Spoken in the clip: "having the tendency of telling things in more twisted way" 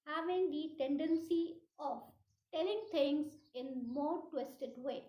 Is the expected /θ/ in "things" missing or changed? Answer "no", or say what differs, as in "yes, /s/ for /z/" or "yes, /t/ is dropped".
yes, /t/ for /θ/